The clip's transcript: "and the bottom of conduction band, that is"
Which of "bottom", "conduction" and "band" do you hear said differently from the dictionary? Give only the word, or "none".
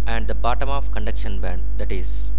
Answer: none